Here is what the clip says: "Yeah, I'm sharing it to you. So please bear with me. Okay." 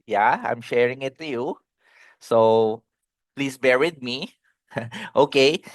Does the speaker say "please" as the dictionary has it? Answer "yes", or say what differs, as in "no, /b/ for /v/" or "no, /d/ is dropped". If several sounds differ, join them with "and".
no, /s/ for /z/